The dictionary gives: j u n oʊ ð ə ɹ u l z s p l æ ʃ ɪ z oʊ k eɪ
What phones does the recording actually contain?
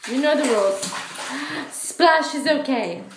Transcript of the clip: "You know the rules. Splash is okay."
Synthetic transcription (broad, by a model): j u n oʊ ð ə w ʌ l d s p l æ ʃ ɪ z oʊ k eɪ